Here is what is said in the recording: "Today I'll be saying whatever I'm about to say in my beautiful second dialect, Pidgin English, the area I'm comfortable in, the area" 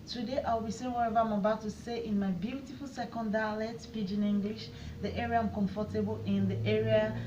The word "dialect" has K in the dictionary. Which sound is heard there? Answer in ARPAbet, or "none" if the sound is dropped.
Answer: none